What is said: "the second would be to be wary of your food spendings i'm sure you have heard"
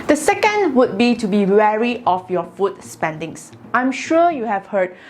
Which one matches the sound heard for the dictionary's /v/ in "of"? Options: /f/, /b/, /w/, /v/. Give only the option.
/f/